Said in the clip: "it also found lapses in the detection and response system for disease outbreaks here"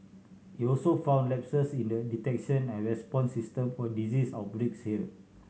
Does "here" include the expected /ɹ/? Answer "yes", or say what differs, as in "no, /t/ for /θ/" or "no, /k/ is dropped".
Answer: no, /l/ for /ɹ/